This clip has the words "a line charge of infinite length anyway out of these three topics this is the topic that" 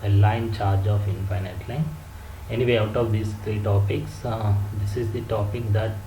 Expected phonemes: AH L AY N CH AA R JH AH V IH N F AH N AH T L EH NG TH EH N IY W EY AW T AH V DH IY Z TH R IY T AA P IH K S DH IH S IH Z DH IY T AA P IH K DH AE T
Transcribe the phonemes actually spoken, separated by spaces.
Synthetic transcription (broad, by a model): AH L AY N CH AA R JH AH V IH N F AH N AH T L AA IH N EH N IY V EY AW T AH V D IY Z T R IY T AA P IH K S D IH S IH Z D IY T AA P IH K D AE T